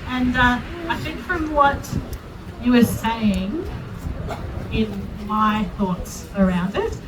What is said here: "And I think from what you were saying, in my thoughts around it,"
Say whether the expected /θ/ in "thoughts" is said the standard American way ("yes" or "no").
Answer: yes